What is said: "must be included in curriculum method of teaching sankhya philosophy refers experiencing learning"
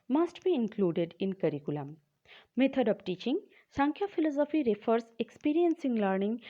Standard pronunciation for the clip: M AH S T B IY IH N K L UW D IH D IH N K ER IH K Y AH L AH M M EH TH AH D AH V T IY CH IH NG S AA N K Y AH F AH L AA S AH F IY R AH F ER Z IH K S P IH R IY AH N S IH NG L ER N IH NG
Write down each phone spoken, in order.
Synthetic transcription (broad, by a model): M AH S T B IY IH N K L UW D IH D IH N K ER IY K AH L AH M M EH T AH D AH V T IY CH IH NG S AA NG K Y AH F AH L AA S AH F IY R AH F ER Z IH K S P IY R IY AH N S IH NG L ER N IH NG